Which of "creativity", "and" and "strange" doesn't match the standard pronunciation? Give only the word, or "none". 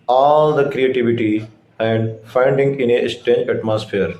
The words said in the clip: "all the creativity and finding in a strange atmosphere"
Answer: strange